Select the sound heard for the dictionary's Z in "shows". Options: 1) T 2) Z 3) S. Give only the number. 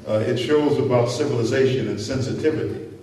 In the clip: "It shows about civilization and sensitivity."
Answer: 2